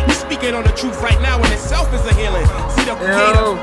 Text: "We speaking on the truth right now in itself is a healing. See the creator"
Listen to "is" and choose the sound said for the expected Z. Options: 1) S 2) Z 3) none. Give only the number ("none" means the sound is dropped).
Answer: 2